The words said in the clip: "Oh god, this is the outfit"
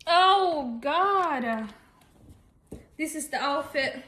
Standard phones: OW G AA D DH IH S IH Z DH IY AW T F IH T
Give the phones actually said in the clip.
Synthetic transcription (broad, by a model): OW G AA D DH IH S IH Z DH IY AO F IH T